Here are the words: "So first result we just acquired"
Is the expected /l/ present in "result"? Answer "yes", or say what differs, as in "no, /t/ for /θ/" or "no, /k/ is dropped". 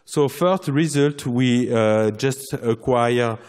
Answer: yes